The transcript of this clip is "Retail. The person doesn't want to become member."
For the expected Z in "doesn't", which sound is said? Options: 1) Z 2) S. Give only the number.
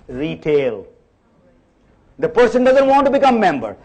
1